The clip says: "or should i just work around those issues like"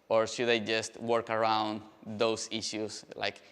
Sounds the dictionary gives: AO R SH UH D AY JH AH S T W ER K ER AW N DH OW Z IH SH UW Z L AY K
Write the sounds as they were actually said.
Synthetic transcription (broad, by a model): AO R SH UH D AY JH AH S T W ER K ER AW N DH OW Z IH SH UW S L AY K